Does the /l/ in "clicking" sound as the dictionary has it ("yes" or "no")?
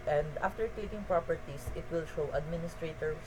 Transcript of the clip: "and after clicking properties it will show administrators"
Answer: no